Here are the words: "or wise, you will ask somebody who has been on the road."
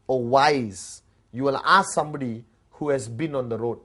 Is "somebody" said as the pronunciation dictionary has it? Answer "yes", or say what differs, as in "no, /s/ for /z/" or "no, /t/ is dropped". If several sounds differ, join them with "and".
yes